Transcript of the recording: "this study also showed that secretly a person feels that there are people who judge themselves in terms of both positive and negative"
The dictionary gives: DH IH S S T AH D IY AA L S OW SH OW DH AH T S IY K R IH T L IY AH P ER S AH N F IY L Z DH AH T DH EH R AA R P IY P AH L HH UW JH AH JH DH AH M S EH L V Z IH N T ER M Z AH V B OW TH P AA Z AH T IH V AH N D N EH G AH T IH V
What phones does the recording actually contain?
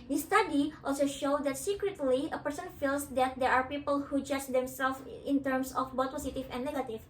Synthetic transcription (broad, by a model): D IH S S T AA D IY AA L S OW SH OW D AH T S IY K R IH T L IY AH P ER S AH N F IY L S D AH T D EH R AA R P IY P AH L HH UW JH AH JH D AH M S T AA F IH N T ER M S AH F B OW T P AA S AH T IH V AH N N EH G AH T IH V